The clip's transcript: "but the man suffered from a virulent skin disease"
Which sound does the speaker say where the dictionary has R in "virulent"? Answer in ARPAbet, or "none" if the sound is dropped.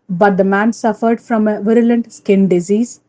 R